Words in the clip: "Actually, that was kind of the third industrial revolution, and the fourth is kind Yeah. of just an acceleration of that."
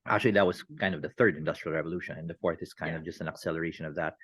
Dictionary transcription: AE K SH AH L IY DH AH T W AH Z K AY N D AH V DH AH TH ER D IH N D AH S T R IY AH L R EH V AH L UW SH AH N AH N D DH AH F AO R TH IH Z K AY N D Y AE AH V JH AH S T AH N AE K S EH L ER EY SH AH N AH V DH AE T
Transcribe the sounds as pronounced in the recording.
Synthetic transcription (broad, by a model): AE K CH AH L IY DH AH T W AH Z K AY N D AH V DH AH TH ER D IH N D AH S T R IY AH L R EH V AH L UW SH AH N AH N DH AH F AO R TH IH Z K AY N D AH V JH AH S T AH N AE K S EH L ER EY SH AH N AH V DH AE T